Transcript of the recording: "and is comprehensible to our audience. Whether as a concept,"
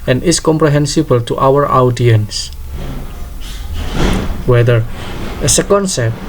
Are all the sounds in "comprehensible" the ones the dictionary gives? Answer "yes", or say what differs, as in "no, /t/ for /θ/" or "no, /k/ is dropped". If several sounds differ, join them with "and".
yes